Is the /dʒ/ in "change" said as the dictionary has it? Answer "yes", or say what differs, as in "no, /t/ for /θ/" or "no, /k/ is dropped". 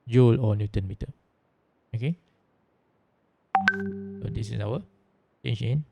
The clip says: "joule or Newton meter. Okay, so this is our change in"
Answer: no, /ʃ/ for /dʒ/